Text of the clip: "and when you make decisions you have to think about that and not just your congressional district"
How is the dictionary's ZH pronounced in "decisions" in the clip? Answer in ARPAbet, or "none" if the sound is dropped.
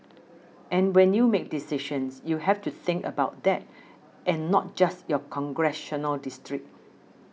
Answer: SH